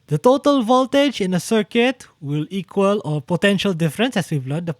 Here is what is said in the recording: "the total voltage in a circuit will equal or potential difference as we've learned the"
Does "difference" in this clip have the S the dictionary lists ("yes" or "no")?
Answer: yes